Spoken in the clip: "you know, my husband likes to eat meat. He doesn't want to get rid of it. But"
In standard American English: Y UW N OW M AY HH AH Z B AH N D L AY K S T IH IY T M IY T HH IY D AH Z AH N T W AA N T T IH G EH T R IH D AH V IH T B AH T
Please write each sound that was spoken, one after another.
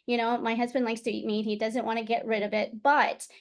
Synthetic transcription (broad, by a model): Y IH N OW M AY HH AH Z B AH N D L AY K S T IH IY T M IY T HH IY D AH Z AH N T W AA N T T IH G EH T R IH D AH V IH T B AH T